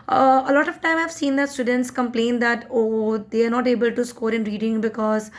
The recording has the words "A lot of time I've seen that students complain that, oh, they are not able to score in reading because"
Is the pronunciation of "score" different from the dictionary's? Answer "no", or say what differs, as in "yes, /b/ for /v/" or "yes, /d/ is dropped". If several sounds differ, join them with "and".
no